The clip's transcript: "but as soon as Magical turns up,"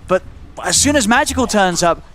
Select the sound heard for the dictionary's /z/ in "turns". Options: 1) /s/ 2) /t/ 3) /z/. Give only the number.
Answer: 3